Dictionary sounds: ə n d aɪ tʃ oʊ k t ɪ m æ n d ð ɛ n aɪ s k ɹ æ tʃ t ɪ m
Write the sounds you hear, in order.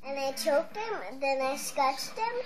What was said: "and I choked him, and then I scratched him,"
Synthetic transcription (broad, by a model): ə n aɪ tʃ oʊ k t ɪ m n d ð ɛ n aɪ s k æ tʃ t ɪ m